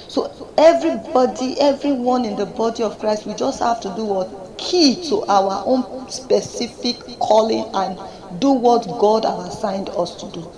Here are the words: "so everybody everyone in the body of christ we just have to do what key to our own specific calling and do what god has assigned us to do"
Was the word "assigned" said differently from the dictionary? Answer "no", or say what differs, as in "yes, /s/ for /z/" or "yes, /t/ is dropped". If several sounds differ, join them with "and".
no